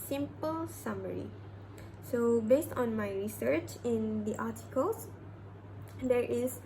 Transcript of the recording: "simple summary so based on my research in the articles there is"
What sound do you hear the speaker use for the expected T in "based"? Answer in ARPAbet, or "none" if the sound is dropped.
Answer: T